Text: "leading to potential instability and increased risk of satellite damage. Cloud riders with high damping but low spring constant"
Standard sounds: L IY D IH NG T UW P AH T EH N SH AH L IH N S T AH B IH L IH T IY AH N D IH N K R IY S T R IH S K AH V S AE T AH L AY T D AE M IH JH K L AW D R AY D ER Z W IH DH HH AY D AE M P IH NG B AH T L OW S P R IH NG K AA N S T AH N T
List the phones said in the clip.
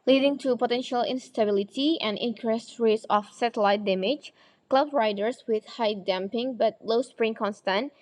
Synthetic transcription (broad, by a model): L IY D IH NG T UW P AH T EH N SH AH L IH N S T AH B IH L IH T IY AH N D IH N K R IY S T R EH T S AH F S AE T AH L AY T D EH M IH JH K L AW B R AY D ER S W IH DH HH AY D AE M P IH NG B AH T L OW S P R IH NG K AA N S T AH N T